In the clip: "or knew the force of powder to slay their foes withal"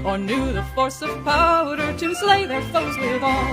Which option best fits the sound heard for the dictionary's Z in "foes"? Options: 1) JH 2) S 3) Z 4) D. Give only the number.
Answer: 3